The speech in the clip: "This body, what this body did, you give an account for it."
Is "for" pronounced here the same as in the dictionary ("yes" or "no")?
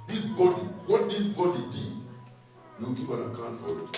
no